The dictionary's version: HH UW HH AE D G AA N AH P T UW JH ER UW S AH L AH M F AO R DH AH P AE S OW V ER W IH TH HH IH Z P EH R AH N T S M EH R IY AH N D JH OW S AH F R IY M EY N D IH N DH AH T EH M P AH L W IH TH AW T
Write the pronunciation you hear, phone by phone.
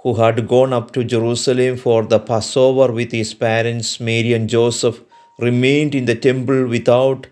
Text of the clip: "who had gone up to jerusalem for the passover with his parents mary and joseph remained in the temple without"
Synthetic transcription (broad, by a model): HH UW HH AE D G AA N AH P T UW JH ER UW S AH L AH M F AO R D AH P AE S OW V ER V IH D HH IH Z P EH R AH N T S M EH R IY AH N JH OW S AH F R IY M EY N D IH N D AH T EH M P AH L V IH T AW T